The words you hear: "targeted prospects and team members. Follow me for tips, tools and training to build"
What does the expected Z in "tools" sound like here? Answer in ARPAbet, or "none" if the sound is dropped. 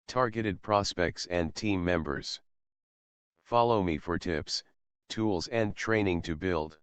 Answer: Z